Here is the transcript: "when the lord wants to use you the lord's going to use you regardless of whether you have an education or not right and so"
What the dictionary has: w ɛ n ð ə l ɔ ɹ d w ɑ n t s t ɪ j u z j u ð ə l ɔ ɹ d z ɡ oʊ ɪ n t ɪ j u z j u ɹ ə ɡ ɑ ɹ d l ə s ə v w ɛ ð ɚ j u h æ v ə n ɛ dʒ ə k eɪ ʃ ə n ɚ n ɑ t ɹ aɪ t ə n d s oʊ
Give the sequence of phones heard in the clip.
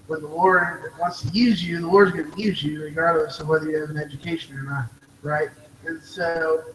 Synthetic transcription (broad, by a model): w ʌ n ð ə w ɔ ɹ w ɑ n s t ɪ j u z j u ð ə w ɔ ɹ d z ɡ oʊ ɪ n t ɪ j u z j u ɹ ə ɡ ɑ ɹ d l ə s ə v w ɛ ð ɚ j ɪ v ə n ɛ dʒ ə k eɪ ʃ ə n ɚ n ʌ t ɹ aɪ t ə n s oʊ